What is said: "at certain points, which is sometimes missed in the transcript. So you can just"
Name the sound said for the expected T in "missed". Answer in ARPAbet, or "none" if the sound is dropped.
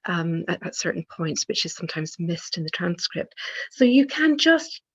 T